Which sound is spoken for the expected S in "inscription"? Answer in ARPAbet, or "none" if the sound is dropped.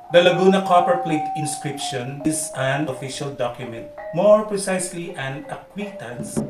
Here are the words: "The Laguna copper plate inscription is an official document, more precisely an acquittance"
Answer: S